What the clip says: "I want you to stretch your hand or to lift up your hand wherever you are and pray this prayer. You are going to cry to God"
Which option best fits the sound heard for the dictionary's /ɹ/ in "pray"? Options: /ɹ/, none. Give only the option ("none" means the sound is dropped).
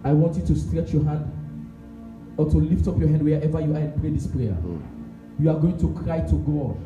/ɹ/